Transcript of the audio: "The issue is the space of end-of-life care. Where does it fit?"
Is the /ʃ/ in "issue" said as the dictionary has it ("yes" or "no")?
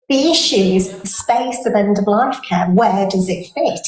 yes